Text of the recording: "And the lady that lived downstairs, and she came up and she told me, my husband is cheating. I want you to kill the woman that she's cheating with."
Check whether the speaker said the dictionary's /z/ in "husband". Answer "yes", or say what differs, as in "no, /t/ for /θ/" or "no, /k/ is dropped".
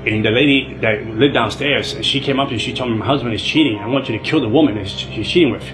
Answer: yes